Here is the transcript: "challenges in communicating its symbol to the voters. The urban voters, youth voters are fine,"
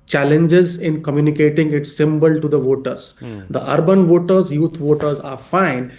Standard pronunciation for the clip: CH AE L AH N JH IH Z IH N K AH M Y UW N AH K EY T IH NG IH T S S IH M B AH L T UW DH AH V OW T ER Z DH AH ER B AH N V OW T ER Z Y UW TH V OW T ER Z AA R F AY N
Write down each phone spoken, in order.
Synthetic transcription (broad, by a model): CH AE L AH N JH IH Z IH N K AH M Y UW N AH K EY T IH NG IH T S S IH M B AH L T UW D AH V OW T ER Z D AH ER B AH N V OW T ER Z Y UW T V OW T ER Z AA R F AY N